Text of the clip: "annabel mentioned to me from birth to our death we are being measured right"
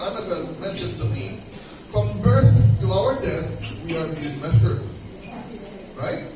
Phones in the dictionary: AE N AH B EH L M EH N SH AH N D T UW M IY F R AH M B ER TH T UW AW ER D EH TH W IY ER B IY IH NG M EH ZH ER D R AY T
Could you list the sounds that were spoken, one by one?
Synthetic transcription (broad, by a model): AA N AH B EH M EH N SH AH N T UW M IY F R AH M B ER TH T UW AW ER D EH TH W IY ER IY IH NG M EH S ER R AY T